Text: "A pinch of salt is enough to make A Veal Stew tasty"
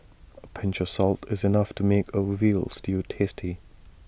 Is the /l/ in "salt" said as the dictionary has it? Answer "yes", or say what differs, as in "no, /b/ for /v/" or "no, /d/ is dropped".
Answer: yes